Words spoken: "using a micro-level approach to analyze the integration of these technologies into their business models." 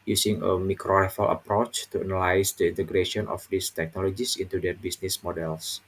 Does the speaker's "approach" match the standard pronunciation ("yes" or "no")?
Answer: yes